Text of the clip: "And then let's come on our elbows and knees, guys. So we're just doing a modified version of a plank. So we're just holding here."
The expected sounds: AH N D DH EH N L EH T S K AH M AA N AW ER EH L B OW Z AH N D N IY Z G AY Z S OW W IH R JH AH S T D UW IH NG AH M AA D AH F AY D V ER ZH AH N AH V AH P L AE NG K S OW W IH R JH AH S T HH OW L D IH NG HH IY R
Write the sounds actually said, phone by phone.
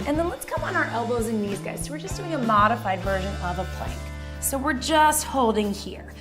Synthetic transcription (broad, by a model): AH N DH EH N L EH T S K AH M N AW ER EH L B OW Z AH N N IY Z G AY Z S OW W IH R JH AH S D UW IH NG AH M AA D AH F AY D V ER ZH AH N AH V AH P L AE NG K S OW W IH R JH AH S T HH OW L D IH NG HH IY R